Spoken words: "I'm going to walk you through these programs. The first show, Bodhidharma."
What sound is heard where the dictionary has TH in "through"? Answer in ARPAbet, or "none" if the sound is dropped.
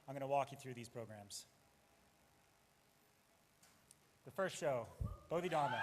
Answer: TH